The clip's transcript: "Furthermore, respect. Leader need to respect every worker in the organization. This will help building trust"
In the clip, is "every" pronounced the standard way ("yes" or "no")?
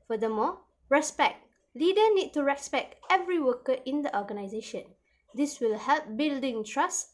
yes